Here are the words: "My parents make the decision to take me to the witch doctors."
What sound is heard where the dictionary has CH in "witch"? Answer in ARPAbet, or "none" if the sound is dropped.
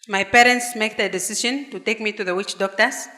CH